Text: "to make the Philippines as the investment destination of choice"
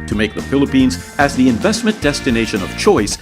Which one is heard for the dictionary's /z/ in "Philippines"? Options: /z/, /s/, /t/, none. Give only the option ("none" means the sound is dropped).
/z/